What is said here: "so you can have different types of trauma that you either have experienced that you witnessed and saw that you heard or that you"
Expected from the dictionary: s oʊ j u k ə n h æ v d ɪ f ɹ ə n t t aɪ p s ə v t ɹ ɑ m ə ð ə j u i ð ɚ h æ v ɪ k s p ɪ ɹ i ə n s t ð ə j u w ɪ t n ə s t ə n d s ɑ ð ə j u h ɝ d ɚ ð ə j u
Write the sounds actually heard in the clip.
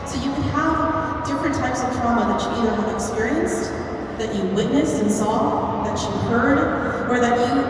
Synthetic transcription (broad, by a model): s oʊ j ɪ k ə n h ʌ v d ɪ f ɹ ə n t t aɪ p s ə v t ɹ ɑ m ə ð ə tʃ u i ð ɚ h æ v ɪ k s p ɪ ɹ i ə n s t ð ə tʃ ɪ w ɪ t n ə s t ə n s ɑ ð ə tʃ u h ɝ d ɚ ð ə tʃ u